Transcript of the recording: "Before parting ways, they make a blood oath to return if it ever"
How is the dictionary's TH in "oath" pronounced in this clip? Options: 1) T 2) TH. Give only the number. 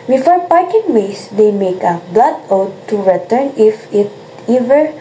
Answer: 1